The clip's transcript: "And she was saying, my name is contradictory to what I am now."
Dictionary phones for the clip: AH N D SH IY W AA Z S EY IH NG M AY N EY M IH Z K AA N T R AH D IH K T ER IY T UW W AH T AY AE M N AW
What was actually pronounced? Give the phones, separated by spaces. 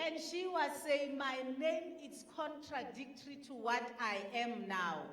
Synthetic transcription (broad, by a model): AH N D SH IY W AA Z S EY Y M AY N EY M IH S K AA N T R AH D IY K T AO IY T UW W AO T AY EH M N AW